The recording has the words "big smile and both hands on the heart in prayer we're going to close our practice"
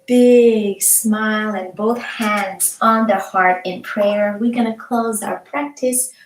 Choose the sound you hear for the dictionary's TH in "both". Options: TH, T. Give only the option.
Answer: TH